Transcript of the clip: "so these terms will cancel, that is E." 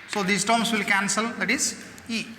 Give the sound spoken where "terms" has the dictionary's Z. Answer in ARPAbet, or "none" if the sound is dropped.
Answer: S